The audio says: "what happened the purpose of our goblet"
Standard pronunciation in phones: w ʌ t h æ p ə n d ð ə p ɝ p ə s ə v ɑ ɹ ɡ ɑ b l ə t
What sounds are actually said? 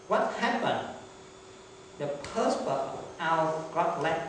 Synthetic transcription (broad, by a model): w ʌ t h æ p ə n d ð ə p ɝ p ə ə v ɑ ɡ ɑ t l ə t